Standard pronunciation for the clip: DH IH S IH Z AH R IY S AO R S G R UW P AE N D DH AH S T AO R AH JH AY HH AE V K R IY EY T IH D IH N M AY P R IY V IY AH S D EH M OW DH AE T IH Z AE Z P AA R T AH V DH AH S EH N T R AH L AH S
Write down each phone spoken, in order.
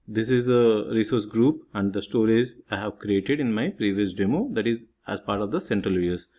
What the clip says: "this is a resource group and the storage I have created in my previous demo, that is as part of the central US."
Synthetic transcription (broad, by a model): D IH S IH Z AH R IY S AO R S G R UW P AE N D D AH S T AO R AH Z AY HH AE V K R IY EY T IH D IH N M AY P R IY V IY AH S D EH M OW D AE T IH Z AE Z P AA R T AH V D AH S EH N T R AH L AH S